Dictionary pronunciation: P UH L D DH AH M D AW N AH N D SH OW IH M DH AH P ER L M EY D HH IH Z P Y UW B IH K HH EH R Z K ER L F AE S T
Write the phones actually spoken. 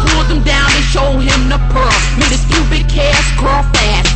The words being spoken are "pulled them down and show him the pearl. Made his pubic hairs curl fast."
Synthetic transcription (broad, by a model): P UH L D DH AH M D AW N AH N SH OW IH M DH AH P ER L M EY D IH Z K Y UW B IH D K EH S K ER L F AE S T